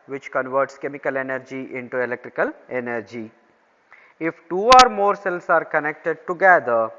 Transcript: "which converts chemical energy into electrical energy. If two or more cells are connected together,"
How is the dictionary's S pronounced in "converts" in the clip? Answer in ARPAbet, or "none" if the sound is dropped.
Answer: S